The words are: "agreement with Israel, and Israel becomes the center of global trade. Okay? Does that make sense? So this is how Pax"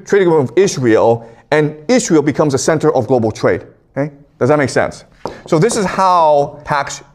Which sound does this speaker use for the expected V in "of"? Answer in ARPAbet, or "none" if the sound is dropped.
V